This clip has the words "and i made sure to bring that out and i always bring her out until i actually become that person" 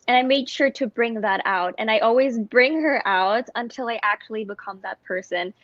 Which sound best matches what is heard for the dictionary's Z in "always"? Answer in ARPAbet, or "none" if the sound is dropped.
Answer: Z